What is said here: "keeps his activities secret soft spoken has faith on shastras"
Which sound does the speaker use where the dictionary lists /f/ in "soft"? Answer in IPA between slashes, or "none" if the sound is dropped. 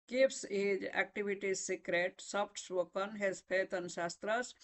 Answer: /p/